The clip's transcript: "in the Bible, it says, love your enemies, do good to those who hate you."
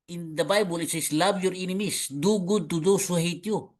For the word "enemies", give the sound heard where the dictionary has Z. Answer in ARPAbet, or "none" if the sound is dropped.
S